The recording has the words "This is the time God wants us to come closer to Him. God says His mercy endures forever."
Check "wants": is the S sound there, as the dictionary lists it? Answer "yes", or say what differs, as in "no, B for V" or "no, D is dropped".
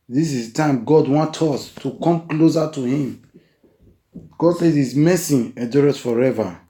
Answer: no, S is dropped